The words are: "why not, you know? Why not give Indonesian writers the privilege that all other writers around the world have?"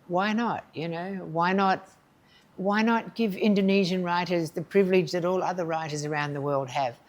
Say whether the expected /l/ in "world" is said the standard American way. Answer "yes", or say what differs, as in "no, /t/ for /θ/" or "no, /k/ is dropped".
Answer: yes